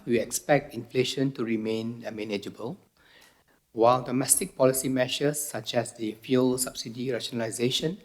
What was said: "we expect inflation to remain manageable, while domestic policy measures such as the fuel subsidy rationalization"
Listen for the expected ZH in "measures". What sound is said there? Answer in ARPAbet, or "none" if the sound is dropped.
SH